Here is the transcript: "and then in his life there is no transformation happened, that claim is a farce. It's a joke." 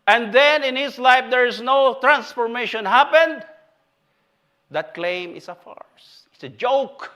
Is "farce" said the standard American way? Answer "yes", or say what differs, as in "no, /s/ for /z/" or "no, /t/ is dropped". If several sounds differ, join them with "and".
yes